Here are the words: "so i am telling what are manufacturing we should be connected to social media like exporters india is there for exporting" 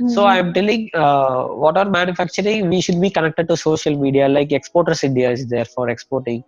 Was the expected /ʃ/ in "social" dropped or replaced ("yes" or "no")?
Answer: no